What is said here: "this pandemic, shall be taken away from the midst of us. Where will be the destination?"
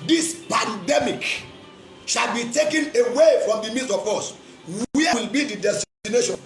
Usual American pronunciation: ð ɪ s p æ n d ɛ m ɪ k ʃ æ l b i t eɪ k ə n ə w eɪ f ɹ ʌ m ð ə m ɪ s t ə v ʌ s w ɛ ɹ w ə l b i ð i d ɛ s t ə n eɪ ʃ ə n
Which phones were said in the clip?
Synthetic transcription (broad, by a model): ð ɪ s p æ n d ɛ m ɪ k ʃ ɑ l b i t eɪ k ə n ə w eɪ f ɹ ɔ m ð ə m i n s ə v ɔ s w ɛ w ə l b i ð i d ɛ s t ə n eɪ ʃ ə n